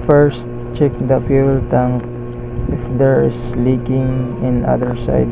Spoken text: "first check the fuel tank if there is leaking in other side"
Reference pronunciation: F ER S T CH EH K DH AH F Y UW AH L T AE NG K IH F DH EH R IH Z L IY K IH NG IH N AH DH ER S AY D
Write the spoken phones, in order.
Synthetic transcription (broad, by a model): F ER S T CH EH K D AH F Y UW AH L T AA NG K IH F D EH R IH S L IY K IH NG IH N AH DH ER S AY D